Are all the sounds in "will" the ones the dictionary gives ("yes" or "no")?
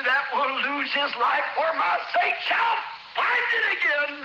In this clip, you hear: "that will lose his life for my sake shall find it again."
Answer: no